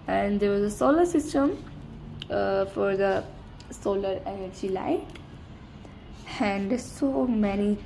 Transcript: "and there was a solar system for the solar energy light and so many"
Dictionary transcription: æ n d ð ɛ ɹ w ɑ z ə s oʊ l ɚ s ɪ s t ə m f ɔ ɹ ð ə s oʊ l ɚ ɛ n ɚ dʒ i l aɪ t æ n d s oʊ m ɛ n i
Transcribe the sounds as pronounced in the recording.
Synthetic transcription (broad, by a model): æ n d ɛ ɹ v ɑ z ə s oʊ l ɚ s ɪ s t ə m f ɔ ɹ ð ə s oʊ l ɚ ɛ n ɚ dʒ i l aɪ æ n d s oʊ m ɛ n i